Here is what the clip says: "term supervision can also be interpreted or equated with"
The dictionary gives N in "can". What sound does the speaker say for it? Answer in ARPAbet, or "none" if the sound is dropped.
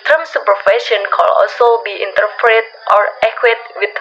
L